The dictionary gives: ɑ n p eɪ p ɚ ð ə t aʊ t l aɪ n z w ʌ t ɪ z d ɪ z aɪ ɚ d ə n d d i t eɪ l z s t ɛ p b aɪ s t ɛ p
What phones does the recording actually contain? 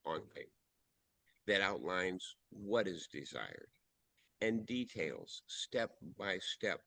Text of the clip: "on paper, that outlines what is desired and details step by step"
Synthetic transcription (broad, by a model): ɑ n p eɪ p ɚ ð ə t aʊ t l aɪ n z w ʌ t ɪ z d ɪ z aɪ ɚ d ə n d d i t eɪ l z s t ɛ p b aɪ s t ɛ p